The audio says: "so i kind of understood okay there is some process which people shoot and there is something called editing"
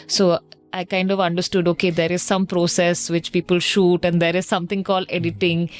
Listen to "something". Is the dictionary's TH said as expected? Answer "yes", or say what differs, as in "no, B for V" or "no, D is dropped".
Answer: no, T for TH